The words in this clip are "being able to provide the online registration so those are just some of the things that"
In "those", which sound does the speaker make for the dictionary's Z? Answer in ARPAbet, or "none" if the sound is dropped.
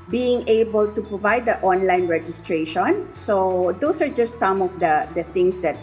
S